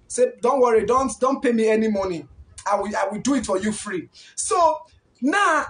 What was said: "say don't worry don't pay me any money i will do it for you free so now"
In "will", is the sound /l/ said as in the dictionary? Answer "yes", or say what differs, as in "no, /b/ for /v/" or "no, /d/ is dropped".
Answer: no, /w/ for /l/